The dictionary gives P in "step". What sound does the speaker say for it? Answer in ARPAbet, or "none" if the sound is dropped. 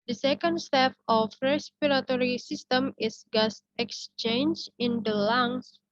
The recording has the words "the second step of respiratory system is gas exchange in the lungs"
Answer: F